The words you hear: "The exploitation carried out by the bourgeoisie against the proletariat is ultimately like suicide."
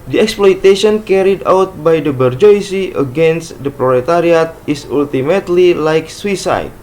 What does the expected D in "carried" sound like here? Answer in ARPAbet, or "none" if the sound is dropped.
D